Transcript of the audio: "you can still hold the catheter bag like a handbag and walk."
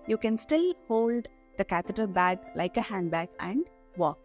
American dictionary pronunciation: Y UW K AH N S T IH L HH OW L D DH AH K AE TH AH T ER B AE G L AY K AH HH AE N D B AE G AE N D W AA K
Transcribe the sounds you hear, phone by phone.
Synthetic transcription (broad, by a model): Y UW K AH N S T IH L HH OW L D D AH K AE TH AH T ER B AE G L AY K AH HH AE N D B AE G AE N D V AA K